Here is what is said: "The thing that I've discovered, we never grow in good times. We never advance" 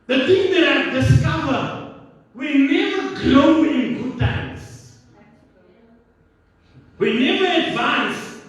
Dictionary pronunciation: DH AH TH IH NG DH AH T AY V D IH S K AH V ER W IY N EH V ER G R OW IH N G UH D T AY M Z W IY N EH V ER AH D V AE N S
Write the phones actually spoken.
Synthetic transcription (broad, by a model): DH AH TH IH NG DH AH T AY D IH S K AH V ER W IY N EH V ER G L OW IH N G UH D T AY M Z W IY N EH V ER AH D V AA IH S